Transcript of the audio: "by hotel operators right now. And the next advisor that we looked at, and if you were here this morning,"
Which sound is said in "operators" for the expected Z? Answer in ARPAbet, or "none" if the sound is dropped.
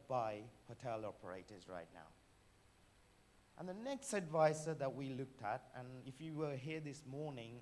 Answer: Z